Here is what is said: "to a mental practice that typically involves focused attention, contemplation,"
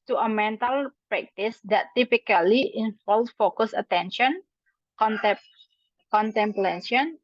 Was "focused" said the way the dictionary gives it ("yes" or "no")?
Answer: no